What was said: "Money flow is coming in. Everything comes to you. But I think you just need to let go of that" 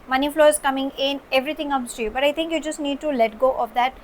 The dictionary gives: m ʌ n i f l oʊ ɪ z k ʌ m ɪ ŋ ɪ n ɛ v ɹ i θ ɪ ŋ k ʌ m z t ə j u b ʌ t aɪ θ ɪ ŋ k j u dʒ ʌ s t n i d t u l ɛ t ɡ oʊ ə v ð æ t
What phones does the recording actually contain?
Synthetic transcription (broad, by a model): m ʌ n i f l oʊ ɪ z k ʌ m ɪ ŋ ɪ n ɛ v ɹ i t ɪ ŋ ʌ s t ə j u b ʌ t aɪ t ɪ ŋ k j u dʒ ʌ s t n i d t u l ɛ t ɡ oʊ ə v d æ t